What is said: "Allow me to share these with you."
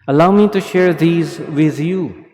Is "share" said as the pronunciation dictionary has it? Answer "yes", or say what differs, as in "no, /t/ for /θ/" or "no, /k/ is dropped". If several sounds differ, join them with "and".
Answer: yes